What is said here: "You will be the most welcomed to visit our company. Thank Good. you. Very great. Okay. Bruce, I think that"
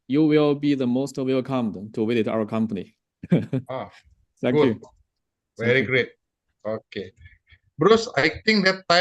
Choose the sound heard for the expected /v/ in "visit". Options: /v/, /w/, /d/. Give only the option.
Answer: /w/